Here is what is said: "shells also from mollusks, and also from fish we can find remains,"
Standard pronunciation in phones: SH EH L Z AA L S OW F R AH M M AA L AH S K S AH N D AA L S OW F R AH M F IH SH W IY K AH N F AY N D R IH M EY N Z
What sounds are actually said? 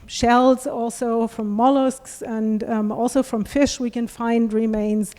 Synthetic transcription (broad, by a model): SH EH L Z AA L S OW F R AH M M AA L AH S K S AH N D AA L S OW F R AH M F IH SH W IY K AH N F AY N D R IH M EY N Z